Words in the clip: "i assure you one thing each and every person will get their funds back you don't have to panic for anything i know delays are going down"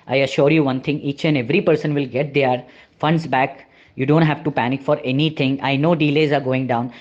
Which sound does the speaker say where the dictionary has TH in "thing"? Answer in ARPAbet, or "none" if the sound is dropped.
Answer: T